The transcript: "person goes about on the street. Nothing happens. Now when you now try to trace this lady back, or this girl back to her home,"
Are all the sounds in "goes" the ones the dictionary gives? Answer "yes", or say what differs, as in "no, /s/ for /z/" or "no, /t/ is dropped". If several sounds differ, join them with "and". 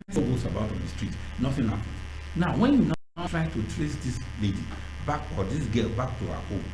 no, /s/ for /z/